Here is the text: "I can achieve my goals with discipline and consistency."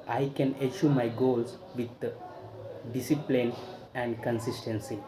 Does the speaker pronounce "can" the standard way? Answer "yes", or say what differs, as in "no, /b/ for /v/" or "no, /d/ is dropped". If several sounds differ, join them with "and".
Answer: yes